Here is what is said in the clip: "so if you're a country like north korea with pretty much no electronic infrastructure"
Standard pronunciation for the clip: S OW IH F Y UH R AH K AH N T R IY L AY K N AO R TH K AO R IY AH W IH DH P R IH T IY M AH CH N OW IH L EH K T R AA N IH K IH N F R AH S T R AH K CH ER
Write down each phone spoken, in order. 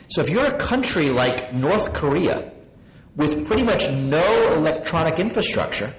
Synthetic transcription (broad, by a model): S OW IH F Y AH R AH K AH N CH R IY L AY K N AO R TH K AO R IY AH W IH DH P R IH T IY M AH CH N OW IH L EH K T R AA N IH K IH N F R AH S T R AH K CH ER